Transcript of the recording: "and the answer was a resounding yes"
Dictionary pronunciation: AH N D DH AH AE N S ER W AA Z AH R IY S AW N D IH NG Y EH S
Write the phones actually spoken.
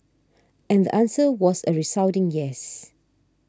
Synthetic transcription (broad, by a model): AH N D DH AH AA N S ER W AA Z AH R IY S AW D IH NG Y EH S